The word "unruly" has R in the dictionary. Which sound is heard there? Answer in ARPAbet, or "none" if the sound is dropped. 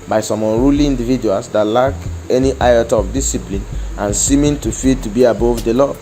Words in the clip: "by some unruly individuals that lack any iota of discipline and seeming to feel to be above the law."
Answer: R